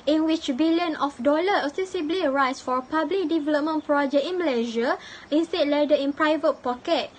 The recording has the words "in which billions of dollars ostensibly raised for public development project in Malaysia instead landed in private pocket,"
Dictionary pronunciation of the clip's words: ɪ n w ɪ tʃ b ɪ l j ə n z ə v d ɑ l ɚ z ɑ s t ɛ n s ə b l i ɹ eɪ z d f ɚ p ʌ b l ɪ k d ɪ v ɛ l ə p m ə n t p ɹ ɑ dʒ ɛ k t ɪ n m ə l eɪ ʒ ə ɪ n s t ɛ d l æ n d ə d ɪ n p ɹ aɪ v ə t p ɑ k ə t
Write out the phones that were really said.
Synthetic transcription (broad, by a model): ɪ n w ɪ tʃ b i l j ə n ə f d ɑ l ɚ ɑ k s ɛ s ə b l i ɹ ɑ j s f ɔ p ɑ b l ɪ k d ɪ v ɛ l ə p m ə n p ɹ ɑ dʒ ɛ k t ɪ n m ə l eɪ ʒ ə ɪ n s t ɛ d l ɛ d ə ɪ n p ɹ aɪ v ə t p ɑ k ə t